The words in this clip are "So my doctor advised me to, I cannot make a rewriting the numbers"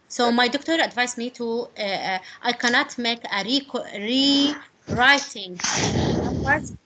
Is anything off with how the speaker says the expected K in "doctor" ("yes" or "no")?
no